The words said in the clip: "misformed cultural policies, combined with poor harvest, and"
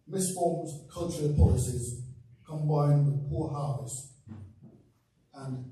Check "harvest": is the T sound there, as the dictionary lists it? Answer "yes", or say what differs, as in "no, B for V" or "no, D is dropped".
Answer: no, T is dropped